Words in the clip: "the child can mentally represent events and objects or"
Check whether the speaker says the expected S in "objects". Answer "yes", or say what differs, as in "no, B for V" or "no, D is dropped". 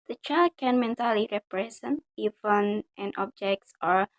yes